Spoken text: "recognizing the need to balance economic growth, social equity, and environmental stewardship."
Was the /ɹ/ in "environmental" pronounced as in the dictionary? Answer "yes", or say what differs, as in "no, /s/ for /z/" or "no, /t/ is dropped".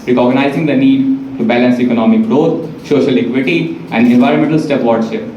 yes